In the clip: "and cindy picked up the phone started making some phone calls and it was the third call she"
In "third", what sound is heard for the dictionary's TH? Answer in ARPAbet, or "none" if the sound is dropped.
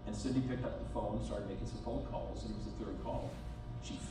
TH